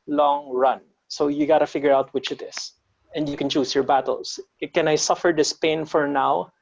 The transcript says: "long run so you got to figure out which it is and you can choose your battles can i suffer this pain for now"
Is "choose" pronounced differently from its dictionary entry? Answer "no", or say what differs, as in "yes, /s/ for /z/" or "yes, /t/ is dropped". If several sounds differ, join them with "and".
yes, /s/ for /z/